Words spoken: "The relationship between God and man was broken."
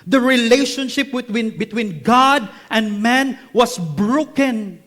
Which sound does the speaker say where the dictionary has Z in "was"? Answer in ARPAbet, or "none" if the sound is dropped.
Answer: S